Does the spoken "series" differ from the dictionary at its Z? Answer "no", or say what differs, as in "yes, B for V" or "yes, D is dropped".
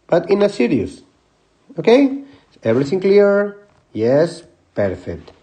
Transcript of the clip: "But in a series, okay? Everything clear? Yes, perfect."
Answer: yes, S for Z